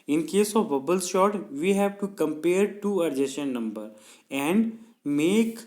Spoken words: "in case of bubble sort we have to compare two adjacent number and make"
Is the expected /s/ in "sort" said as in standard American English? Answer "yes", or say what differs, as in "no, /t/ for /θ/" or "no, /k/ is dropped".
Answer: no, /ʃ/ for /s/